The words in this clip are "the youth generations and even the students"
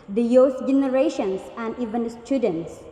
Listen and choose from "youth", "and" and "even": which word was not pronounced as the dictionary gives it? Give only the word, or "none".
youth